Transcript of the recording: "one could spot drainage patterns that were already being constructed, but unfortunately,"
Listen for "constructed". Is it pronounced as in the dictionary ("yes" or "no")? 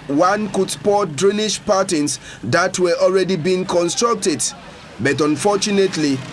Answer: yes